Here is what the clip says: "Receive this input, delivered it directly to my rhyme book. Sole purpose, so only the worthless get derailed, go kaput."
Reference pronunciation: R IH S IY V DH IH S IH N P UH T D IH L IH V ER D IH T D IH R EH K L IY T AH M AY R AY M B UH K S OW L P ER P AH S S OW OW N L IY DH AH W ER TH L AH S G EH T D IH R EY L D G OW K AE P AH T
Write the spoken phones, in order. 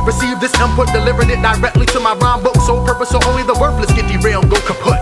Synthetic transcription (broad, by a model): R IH S IY V DH IH S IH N P UH T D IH L IH V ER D IH T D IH R EH K L IY T AH M AY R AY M B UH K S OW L P ER P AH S S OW OW N L IY DH AH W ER F L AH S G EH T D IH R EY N G OW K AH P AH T